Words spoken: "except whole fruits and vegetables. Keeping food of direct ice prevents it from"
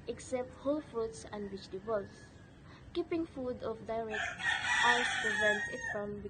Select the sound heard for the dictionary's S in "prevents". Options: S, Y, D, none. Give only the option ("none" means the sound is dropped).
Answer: none